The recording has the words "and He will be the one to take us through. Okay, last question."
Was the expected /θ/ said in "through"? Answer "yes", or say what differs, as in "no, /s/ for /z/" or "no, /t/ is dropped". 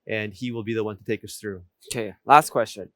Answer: yes